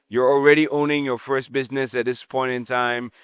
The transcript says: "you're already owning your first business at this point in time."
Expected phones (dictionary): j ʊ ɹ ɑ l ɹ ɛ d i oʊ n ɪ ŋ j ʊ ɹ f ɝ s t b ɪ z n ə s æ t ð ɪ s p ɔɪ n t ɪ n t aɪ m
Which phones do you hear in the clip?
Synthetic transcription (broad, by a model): j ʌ ɹ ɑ l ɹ ɛ d i oʊ n ɪ ŋ j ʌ ɹ f ɝ s t b ɪ z n ə s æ t ð ɪ s p ɔɪ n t ɪ n t aɪ m